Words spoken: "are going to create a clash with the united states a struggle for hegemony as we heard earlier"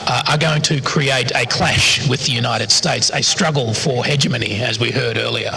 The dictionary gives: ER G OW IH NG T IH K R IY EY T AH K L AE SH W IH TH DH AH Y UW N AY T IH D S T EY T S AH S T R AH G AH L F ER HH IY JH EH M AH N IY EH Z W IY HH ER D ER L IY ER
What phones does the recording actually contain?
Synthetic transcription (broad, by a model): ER G OW IH NG T IH K R IY EY T AH K L AE SH W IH DH AH Y UW N AY T IH D S T EY T S AH S T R AH G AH L F ER HH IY JH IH M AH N IY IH Z W IY HH ER D ER L IY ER